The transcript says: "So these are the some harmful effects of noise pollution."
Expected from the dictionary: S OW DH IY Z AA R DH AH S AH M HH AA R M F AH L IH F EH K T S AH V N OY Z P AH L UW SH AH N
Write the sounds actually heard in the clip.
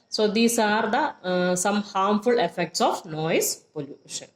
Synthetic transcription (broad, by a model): S OW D IY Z AA R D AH S AH M HH AA R M F AH L IH F EH K T S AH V N OY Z P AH L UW SH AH N